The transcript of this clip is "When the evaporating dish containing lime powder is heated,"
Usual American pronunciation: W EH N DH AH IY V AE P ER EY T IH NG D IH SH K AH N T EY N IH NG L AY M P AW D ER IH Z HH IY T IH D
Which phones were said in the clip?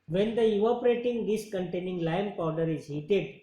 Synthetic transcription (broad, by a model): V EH N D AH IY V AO P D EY T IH NG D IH S K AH N T EY N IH NG L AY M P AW D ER IH Z HH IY T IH D